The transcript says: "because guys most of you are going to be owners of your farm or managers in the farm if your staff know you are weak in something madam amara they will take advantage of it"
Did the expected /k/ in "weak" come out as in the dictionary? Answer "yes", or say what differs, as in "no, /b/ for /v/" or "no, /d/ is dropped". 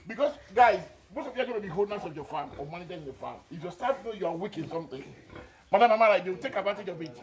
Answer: yes